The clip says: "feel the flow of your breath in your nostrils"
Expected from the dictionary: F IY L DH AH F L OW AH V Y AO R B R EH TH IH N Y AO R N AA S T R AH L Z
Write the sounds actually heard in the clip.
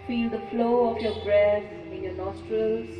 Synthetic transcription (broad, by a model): F IY L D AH F L OW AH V Y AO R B R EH S IH N Y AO N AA S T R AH L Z